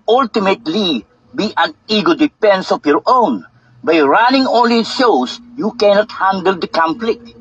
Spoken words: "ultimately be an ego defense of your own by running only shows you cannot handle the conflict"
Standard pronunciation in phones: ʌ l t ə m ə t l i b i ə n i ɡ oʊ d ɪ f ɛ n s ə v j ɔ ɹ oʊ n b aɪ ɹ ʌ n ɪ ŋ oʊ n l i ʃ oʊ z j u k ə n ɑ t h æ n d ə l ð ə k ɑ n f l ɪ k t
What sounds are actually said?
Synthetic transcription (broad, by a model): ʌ l t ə m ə t l i b i ə n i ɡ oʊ d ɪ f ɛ n s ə f j ɔ ɹ oʊ n b aɪ ɹ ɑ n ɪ ŋ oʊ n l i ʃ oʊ s j u k ə n ɑ t h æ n d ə l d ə k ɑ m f l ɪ k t